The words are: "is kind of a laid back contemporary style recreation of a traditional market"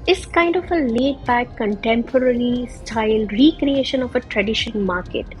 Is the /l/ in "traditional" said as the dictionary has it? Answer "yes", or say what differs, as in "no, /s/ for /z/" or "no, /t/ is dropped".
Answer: no, /n/ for /l/